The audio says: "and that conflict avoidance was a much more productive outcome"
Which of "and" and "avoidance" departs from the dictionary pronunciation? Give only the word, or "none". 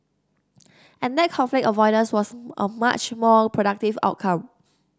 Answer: avoidance